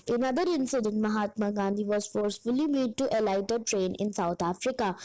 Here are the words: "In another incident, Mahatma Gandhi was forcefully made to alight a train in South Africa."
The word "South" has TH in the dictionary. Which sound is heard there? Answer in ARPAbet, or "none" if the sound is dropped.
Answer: T